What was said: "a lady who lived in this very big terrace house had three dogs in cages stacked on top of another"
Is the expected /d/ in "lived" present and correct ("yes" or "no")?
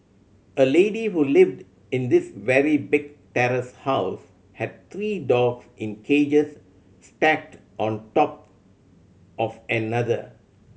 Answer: yes